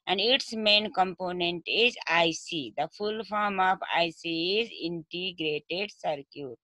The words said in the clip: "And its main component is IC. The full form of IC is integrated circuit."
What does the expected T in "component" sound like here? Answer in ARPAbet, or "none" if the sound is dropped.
T